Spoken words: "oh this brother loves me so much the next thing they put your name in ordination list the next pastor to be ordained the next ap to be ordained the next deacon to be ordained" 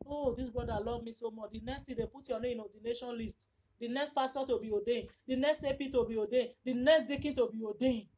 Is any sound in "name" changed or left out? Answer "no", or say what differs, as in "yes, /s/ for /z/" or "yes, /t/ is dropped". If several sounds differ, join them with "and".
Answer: yes, /m/ is dropped